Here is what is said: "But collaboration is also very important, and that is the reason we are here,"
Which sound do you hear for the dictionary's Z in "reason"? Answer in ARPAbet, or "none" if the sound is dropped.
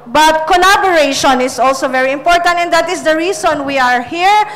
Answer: S